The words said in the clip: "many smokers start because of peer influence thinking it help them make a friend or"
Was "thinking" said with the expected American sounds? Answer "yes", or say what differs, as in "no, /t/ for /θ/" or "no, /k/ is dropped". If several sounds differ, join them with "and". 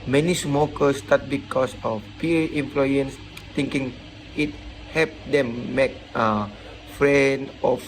no, /t/ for /θ/